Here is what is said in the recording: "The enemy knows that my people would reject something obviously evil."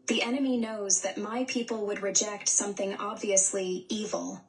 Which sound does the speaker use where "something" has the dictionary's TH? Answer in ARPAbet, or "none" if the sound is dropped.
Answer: TH